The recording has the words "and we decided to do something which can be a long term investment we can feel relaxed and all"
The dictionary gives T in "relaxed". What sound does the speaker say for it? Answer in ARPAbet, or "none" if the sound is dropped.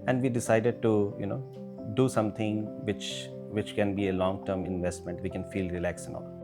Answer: none